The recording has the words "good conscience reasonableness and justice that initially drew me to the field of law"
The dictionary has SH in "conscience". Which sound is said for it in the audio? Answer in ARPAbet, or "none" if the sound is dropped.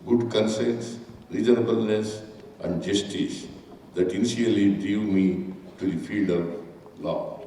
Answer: S